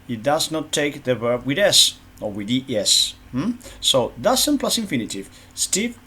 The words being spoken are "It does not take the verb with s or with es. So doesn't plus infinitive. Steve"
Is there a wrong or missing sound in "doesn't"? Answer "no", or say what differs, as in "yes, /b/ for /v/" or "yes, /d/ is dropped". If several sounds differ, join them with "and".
yes, /s/ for /z/